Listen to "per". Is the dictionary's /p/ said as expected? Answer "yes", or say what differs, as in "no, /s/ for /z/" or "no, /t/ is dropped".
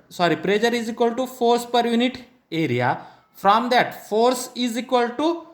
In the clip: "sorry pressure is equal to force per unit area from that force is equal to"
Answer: yes